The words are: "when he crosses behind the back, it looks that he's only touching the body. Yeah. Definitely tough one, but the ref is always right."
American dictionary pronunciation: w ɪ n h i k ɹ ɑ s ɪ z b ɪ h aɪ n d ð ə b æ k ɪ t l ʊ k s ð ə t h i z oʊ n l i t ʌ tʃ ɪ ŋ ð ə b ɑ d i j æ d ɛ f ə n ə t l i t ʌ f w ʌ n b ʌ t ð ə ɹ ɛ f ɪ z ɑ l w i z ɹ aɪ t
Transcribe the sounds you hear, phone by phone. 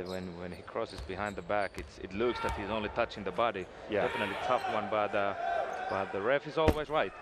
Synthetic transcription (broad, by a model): w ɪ n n i k ɹ ɑ s ɪ z b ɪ h aɪ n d ð ə b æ k ɪ t l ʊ k s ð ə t h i z oʊ n l i t ʌ tʃ ɪ ŋ ð ə b ɑ d i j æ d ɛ f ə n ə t l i t ʌ f w ʌ n b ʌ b ð ə ɹ ɛ f ɪ z ɑ l w i z ɹ aɪ t